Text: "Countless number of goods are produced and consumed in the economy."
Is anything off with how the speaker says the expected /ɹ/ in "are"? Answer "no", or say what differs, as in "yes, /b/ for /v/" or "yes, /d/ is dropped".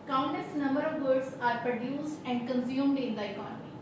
no